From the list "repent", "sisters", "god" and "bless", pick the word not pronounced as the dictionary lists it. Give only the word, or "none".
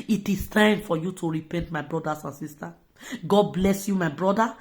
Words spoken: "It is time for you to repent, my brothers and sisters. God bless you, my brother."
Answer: sisters